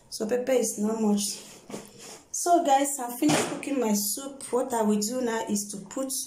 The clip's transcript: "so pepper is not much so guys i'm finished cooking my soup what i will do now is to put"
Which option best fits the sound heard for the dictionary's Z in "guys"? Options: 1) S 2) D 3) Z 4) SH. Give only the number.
1